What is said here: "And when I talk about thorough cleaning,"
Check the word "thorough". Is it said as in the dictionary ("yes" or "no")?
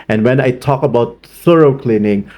no